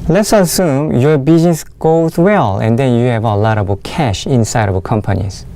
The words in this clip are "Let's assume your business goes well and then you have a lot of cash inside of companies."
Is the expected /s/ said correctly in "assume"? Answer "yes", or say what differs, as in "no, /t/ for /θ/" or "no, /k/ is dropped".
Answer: yes